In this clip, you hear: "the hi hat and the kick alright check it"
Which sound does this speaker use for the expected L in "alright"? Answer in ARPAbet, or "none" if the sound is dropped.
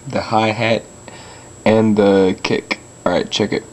none